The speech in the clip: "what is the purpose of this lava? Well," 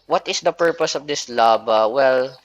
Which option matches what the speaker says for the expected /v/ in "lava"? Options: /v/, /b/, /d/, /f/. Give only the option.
/b/